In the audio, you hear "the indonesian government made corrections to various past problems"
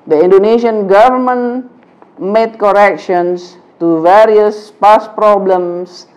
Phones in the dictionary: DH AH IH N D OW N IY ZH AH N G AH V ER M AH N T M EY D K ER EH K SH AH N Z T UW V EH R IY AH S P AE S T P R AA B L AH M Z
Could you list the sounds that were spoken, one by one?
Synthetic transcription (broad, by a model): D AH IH N D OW N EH SH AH N G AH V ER M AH N M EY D K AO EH K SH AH N S T UW V EH R IY AH S P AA S P R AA B L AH M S